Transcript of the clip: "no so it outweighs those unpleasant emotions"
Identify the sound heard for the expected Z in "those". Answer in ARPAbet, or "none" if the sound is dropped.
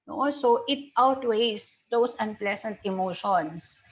S